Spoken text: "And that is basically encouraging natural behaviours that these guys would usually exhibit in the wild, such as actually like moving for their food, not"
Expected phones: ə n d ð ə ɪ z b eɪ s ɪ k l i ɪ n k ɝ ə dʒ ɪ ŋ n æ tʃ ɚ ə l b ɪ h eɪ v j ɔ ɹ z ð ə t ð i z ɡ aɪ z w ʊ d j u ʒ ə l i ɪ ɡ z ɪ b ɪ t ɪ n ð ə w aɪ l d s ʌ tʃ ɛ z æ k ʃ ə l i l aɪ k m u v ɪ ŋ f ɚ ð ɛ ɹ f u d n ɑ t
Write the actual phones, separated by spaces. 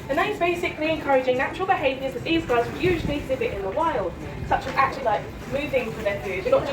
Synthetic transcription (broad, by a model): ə n ð ə ɪ z b eɪ s ɪ k l i ɪ n k ɝ ə dʒ ɪ ŋ n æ tʃ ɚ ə l b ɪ h eɪ v j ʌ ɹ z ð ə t ð i z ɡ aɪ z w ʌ j u ʒ ə l i ɪ ɡ z ɪ b ɪ t ɪ n ð ə w aɪ l d s ʌ tʃ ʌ z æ k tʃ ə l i l aɪ k m u v ɪ ŋ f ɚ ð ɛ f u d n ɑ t